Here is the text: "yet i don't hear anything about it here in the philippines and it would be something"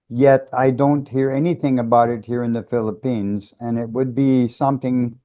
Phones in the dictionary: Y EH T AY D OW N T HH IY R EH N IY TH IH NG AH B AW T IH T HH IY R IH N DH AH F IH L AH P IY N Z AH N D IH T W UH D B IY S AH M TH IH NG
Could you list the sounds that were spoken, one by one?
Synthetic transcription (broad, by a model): Y EH T AY D OW N T HH IY R EH N IY TH IH NG AH B AW T IH T HH IY R IH N DH AH F IH L AH P IY N Z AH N IH T W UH D B IY S AH M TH IH NG